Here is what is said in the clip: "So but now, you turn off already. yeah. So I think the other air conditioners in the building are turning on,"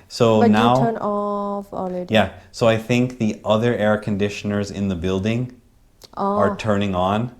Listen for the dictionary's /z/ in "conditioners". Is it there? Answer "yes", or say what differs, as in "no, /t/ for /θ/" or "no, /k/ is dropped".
yes